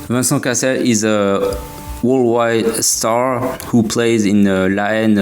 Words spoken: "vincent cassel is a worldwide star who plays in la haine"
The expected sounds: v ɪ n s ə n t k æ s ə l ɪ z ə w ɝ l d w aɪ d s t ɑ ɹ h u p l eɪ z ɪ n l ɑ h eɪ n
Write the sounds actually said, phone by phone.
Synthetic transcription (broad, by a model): v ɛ s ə k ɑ s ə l ɪ z ə w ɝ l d w aɪ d s t ɑ ɹ h u p l eɪ z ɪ n l ɑ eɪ n